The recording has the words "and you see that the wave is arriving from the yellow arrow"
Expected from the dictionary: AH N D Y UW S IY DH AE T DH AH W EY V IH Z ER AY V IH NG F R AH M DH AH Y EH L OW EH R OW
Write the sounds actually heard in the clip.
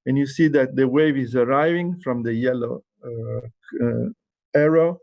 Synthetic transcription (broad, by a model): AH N Y UW S IY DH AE T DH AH W EY V IH Z ER AY V IH NG F R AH M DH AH Y EH L OW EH R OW